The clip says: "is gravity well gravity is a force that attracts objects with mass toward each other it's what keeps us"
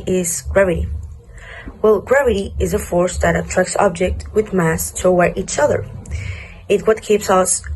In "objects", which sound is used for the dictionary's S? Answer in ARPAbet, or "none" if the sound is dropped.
none